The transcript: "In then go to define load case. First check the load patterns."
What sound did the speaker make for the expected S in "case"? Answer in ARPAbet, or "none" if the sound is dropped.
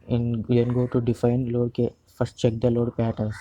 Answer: none